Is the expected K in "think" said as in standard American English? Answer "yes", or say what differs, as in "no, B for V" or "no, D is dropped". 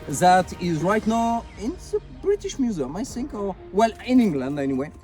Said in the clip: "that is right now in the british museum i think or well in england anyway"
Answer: yes